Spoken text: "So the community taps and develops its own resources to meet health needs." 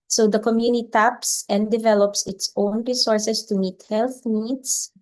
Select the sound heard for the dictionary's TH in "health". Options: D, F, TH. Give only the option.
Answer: TH